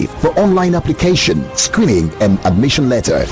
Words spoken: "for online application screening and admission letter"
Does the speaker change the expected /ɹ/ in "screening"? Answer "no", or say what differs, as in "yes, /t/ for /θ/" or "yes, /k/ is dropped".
no